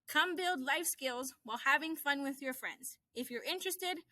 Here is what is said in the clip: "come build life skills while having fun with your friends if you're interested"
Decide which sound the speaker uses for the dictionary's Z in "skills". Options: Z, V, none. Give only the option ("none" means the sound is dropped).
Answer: Z